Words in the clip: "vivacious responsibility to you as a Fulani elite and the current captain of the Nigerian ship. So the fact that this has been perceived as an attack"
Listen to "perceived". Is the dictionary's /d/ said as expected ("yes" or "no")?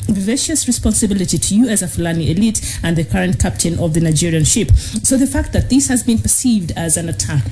yes